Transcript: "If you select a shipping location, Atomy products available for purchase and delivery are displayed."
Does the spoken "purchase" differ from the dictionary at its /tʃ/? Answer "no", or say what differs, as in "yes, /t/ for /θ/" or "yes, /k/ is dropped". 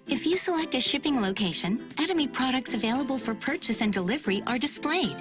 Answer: no